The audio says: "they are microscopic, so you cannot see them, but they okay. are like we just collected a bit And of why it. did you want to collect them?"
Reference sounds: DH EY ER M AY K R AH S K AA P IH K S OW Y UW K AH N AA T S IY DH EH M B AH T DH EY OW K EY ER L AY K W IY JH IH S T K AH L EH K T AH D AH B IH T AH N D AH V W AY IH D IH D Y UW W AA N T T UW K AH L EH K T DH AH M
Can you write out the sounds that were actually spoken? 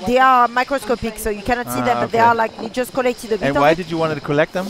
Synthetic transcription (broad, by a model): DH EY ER M AY K R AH S K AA P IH K S OW Y UW K AH N AA T S IY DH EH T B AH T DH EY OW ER L AY K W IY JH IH S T K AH L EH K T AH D AH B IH AH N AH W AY IH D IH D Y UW W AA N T T UW K AH L EH K T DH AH M